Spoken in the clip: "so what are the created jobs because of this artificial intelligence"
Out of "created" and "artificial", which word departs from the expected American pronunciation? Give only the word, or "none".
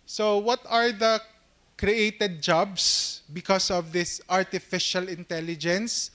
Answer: none